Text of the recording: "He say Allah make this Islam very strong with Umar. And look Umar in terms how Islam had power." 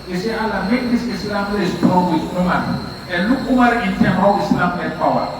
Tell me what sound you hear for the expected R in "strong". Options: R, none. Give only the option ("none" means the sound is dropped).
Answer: none